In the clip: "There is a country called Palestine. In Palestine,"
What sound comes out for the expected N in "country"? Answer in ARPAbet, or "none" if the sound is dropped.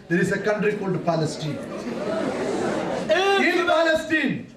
N